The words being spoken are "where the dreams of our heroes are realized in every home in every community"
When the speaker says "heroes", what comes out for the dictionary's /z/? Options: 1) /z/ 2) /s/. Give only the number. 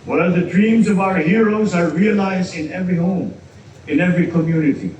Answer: 1